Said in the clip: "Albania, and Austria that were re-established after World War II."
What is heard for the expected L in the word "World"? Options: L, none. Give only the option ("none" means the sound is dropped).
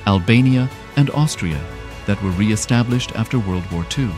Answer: L